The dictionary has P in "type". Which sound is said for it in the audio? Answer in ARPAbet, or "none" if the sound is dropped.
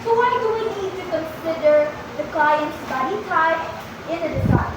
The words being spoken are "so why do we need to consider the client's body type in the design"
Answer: none